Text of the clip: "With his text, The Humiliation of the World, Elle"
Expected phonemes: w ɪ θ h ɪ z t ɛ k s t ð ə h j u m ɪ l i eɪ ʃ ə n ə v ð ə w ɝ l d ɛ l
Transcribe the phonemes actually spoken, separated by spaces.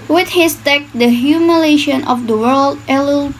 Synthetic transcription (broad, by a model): w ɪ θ h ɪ s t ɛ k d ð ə h j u m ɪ l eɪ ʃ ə n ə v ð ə w ɝ l d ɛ l